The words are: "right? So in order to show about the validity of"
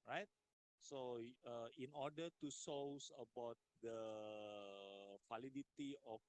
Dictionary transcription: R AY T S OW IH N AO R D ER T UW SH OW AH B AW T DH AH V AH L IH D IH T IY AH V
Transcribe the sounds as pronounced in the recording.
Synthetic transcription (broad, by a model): R AY T S OW IH N AO R D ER T UW S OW AH B AW T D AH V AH L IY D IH T IY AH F